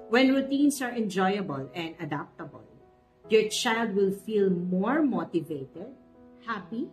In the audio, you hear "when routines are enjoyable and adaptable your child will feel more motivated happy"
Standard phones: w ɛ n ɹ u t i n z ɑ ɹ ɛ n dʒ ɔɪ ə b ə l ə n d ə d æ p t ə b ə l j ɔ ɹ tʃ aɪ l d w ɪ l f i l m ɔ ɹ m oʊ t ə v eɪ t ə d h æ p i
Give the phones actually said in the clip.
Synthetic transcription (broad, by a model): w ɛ n ɹ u t i n s ɑ ɹ ɛ n dʒ ɔɪ ə b ə l ə n d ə d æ p t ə b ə l j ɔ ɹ tʃ aɪ l d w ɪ l f i l m ɔ ɹ m oʊ t ə v eɪ t ə d h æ p i